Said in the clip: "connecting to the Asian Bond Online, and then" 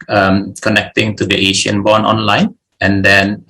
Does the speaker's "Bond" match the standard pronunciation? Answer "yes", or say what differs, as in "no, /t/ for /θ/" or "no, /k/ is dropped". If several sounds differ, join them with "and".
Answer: no, /d/ is dropped